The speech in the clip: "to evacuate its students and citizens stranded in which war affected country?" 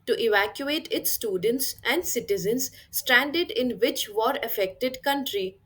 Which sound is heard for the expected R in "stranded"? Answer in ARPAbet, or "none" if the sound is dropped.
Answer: R